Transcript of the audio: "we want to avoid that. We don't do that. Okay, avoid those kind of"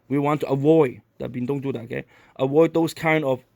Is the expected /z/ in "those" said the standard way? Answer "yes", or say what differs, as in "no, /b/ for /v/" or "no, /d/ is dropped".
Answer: no, /s/ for /z/